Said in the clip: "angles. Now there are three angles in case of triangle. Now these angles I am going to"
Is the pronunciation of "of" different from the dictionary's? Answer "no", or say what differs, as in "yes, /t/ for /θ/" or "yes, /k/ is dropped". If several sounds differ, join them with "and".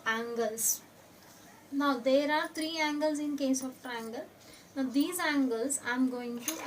yes, /p/ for /v/